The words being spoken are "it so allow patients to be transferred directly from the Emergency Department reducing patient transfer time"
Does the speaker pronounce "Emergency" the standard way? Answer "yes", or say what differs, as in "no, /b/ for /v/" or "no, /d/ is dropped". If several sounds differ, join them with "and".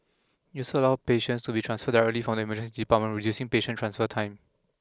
no, /n/ is dropped